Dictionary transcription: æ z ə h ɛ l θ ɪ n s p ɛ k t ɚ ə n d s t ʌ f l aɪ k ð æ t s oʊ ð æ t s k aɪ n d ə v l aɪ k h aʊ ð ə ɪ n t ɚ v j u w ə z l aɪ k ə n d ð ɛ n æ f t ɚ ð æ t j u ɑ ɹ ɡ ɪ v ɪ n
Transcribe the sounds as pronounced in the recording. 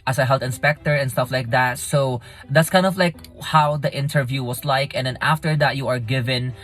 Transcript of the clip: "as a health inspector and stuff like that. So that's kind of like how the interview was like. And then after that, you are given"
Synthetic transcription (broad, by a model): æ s ə h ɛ l t ɪ n s p ɛ k t ɚ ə n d s t ʌ f l aɪ k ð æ t s oʊ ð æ t s k aɪ n d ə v l aɪ k h aʊ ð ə ɪ n t ɚ v j u w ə s l aɪ k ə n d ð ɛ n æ f t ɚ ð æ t j u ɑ ɹ ɡ ɪ v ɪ n